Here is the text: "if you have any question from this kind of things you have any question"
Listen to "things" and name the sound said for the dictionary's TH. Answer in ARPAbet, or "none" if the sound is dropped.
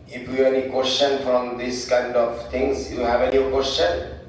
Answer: T